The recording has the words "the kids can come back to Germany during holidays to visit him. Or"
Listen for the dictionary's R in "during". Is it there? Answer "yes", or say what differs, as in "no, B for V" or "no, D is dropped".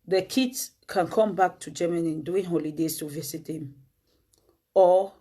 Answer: no, R is dropped